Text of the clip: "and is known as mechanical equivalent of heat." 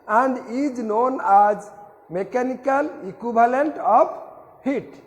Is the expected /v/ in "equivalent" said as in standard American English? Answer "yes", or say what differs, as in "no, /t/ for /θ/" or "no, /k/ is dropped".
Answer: no, /b/ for /v/